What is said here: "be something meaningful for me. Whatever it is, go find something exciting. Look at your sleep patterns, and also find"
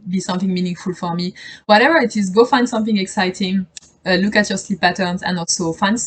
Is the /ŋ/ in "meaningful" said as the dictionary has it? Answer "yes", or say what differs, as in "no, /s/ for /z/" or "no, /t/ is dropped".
yes